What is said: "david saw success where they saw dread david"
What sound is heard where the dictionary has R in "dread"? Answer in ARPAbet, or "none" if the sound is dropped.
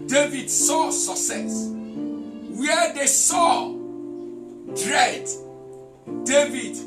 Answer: R